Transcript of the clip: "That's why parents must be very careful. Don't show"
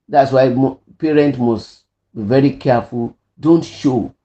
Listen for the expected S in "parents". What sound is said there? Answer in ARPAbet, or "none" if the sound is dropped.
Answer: none